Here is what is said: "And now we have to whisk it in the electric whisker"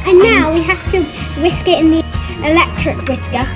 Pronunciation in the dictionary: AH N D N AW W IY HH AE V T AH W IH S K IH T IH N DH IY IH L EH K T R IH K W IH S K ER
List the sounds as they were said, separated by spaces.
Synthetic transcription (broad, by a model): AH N N AW W IY HH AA F T AH W IH S K IH T IH N DH IY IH L EH K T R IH K W IH S K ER